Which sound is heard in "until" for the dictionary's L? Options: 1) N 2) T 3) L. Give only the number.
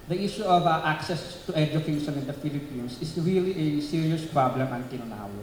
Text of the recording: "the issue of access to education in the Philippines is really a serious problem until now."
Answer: 1